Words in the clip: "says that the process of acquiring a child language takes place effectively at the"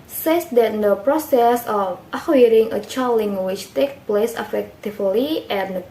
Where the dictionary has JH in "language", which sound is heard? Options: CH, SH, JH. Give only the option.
CH